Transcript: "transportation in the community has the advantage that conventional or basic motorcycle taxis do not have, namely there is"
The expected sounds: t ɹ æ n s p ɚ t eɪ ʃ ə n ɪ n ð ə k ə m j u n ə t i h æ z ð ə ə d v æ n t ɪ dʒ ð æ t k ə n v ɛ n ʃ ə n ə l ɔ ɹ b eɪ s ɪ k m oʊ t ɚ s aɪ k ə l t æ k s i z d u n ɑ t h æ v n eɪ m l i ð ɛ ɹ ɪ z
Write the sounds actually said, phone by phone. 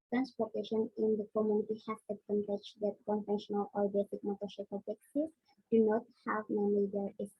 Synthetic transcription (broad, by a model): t ɹ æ n s p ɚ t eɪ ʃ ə n ɪ n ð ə k ə m j u n ə t i h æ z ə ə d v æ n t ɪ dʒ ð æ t k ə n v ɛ n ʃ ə n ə l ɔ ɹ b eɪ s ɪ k m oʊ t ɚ ʃ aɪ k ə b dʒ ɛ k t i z d u n ɑ t h æ v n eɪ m i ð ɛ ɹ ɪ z